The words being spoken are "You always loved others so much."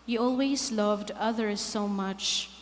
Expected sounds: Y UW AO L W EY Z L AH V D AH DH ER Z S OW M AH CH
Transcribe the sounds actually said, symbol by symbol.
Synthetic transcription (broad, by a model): Y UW AO L W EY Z L AH V D AH DH ER Z S OW M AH CH